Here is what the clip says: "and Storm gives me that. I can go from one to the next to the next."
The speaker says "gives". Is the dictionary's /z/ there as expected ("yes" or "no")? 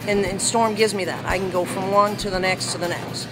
yes